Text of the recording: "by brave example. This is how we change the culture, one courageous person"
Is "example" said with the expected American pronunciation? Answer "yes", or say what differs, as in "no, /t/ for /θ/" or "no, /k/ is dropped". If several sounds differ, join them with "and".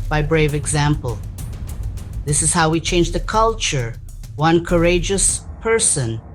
yes